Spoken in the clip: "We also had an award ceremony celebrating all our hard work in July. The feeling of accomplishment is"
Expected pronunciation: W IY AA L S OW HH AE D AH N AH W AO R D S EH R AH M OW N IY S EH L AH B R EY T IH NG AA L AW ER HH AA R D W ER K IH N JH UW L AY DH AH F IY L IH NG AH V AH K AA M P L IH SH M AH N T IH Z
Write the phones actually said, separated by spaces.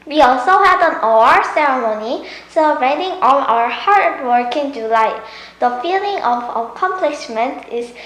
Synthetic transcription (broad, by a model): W IY AA L S OW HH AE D AH N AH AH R S EH R AH M OW N IY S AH R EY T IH NG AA N AW ER HH AA R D W ER K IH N JH UW L AY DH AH F IY L IH NG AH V AH K AA M P L IH SH M AH N T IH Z